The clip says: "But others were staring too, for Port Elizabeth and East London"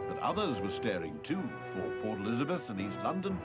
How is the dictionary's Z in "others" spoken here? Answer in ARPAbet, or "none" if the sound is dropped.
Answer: Z